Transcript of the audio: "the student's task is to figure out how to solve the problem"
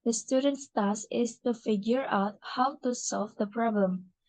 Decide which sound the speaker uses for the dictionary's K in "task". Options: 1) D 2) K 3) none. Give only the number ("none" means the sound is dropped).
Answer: 3